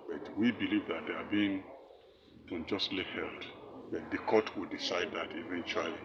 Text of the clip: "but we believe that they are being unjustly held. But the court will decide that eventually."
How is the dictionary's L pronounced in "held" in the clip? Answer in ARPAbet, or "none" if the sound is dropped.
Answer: L